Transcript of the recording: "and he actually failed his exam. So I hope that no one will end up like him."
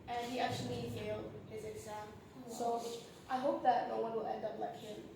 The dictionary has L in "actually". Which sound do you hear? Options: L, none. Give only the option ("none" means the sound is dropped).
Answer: L